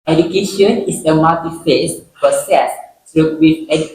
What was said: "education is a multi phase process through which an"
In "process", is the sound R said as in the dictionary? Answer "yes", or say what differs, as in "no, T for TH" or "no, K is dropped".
no, R is dropped